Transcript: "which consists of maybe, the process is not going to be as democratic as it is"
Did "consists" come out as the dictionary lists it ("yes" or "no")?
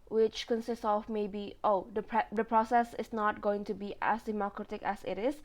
yes